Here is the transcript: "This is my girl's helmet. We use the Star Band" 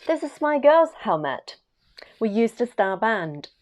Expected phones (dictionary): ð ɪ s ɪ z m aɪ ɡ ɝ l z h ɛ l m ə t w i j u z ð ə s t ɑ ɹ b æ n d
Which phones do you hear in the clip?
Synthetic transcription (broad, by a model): ð ɪ s ɪ z m aɪ ɡ ɝ l z h ɛ l m ə t w i j u z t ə s t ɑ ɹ b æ n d